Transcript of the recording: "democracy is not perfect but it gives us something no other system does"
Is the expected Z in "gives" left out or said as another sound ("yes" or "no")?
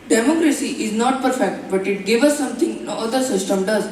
yes